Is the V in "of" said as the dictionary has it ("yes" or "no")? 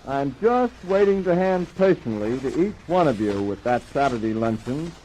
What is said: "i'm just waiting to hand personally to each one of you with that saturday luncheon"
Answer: yes